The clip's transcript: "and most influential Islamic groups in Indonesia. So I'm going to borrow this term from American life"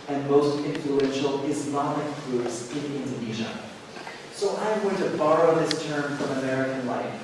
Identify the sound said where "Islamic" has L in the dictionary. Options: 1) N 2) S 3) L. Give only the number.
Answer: 1